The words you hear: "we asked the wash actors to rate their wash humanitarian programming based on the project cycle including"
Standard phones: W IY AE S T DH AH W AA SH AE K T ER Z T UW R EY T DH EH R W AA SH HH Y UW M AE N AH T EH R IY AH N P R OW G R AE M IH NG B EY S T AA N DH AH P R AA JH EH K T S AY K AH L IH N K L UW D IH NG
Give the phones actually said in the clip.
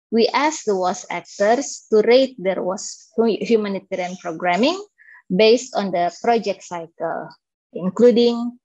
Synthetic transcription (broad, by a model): W IY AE S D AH W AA S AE K T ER S T UW R EY T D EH R W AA S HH Y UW M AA N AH T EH R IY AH N P R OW G R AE M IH NG B EY S T AA N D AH P R AA JH EH K T S AY K AH L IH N K L UW D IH NG